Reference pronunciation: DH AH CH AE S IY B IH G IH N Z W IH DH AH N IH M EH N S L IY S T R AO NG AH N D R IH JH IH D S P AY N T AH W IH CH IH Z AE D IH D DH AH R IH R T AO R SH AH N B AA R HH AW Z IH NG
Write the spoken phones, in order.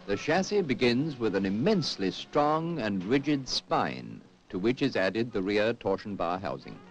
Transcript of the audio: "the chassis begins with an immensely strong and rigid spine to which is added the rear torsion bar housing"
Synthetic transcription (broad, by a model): DH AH SH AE S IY B IH G IH N Z W IH DH AH N IH M EH N S L IY S T R AO NG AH N R IH JH IH D S P AY N T AH W IH CH IH Z AE D IH D DH AH R IH R T AO R SH N B AA R HH AW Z IH NG